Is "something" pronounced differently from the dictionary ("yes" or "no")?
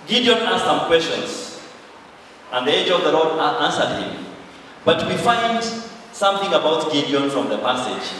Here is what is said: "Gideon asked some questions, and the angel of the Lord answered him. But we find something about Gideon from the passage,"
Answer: no